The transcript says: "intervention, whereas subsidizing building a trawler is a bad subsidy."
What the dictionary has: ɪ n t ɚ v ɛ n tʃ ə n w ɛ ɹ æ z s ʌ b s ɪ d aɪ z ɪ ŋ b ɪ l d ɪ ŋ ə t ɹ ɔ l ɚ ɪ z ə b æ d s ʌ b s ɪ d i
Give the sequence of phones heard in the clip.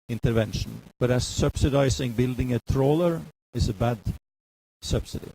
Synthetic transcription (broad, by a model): ɪ n t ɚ v ɛ n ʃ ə n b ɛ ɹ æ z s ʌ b s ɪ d aɪ s ɪ ŋ b ɪ l d ɪ ŋ ə t ɹ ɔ l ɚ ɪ s ə b æ d s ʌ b s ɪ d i